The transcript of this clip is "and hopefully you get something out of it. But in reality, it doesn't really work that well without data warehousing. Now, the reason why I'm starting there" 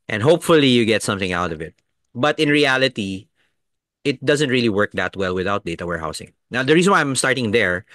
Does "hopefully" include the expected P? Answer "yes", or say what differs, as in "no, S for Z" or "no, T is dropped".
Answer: yes